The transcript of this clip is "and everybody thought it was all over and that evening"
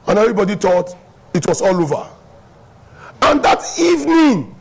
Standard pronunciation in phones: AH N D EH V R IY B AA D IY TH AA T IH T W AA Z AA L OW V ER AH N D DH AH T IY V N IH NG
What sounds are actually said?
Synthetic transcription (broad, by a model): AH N EH V R IY B AA D IY T AA T IH T W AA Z AA L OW V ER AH N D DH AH T IY V N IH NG